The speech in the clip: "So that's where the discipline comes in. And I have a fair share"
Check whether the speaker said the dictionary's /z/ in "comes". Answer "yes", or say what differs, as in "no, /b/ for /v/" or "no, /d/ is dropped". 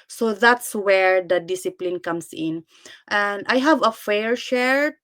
no, /s/ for /z/